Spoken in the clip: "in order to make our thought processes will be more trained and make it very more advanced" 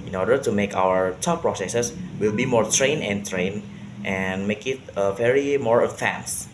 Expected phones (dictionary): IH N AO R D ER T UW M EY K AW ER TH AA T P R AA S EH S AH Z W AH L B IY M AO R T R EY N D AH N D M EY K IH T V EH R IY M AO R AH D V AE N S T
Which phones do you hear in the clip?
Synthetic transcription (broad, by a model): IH N AO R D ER T UW M EY K AW ER T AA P P R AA S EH S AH S W AH L B IY M AO R T R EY N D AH N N M EY K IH T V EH R IY M AO R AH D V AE N S